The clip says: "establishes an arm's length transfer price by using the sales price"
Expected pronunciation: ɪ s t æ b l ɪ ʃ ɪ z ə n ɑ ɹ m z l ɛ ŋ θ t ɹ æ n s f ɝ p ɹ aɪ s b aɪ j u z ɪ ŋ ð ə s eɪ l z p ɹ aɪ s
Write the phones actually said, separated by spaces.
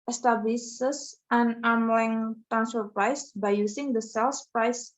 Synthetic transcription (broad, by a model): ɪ s t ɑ b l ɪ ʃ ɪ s ə n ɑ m l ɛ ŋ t æ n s ɝ p ɹ aɪ s b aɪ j u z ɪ ŋ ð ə s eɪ l s p ɹ aɪ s